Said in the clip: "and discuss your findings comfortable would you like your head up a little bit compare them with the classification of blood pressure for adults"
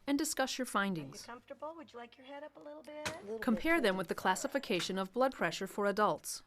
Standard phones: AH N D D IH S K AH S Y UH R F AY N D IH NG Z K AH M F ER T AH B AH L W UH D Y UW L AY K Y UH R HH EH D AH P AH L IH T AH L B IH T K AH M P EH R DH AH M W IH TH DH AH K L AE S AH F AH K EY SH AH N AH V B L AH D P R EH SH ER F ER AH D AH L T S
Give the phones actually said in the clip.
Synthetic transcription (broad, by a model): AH N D D IH S K AH S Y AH R F AY N D IH NG Z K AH M F T AH B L W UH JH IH L AY K Y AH R HH EH D AH P AH L IH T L B IH T K AH M P EH R DH AH M W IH DH AH K L AE S AH F AH K EY SH AH N AH V B L AH D P R EH SH ER F ER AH D AH L T S